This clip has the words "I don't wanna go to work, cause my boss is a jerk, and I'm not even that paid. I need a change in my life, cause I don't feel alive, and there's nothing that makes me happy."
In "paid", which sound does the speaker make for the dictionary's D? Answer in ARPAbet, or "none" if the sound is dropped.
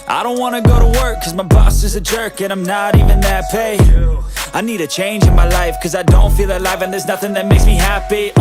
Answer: none